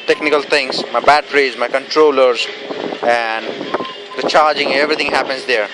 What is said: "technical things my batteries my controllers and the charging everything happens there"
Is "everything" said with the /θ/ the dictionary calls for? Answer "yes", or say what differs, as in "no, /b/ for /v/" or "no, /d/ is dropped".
no, /t/ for /θ/